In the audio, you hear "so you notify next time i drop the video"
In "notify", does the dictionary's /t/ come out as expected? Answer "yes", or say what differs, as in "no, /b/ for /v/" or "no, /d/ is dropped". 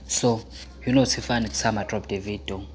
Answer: no, /s/ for /t/